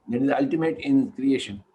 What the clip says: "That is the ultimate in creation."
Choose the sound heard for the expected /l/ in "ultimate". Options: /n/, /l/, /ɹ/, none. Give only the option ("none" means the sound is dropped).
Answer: /l/